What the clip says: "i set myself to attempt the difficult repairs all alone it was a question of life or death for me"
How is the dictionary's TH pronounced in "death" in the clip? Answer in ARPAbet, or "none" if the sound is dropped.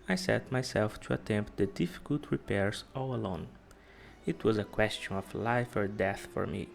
TH